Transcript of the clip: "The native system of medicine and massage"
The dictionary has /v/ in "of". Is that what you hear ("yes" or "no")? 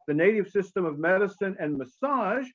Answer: yes